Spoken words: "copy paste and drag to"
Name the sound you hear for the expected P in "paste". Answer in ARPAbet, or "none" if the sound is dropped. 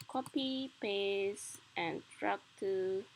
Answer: P